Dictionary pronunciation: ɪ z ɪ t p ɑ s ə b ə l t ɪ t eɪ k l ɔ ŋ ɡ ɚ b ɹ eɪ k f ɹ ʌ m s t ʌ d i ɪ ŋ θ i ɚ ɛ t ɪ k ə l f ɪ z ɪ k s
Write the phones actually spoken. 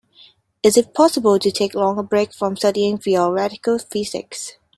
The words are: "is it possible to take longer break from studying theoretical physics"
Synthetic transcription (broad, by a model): ɪ z ɪ t p ɑ s ə b ə l t ɪ t eɪ k l ɔ ŋ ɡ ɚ b ɹ eɪ k f ɹ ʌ m s t ʌ d i ɪ ŋ f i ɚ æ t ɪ k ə l f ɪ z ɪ k s